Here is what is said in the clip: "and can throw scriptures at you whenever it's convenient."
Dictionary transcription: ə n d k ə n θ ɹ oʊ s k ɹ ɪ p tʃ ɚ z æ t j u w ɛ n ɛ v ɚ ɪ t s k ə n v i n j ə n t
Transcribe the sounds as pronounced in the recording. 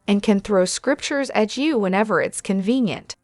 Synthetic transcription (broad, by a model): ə n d k ə n θ ɹ oʊ s k ɹ ɪ p tʃ ɚ z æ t j u w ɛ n ɛ v ɚ ɪ t s k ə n v i n j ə n t